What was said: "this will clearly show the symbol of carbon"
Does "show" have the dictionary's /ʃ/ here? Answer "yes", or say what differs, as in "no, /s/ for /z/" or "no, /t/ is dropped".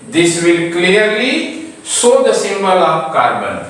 no, /s/ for /ʃ/